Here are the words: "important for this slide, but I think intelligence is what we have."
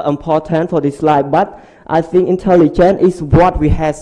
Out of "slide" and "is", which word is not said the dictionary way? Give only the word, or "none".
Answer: is